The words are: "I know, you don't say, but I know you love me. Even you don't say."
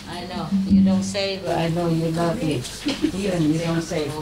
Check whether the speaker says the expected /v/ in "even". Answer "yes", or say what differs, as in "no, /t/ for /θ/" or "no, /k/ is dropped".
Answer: no, /v/ is dropped